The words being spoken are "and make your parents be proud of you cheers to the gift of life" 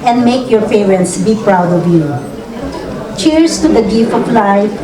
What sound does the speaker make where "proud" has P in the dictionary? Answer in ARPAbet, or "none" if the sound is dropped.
P